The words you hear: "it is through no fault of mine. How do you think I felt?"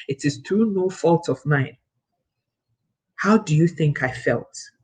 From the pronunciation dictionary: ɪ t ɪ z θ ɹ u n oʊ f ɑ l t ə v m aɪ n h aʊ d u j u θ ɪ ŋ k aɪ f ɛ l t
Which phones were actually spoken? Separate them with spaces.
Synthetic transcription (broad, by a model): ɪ t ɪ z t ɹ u n oʊ f ɑ l t ə v m aɪ n h aʊ d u j u θ ɪ ŋ k aɪ f ɛ l t